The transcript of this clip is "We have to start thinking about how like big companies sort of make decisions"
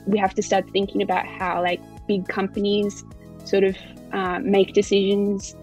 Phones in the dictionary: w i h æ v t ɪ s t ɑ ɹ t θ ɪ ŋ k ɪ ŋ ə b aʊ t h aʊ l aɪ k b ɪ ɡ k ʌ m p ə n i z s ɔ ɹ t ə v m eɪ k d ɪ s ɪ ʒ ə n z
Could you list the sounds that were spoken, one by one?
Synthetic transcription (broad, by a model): w i h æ f t ɪ s t ɑ ɹ t θ ɪ ŋ k ɪ ŋ ə b aʊ t h aʊ l aɪ k b ɪ ɡ k ʌ m p ə n i z s ɔ ɹ t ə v m eɪ k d ɪ s ɪ ʒ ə n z